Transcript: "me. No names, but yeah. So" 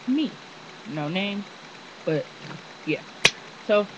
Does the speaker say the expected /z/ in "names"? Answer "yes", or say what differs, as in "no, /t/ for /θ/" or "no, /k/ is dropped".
no, /z/ is dropped